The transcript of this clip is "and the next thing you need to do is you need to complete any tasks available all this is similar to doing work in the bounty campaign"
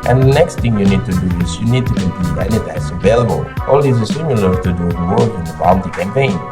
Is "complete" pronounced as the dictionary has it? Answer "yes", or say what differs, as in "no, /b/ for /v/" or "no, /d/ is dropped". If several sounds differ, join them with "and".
no, /l/ is dropped